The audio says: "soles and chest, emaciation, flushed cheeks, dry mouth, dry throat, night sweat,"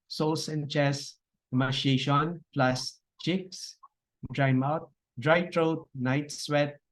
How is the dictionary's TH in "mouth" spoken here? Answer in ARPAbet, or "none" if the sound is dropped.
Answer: T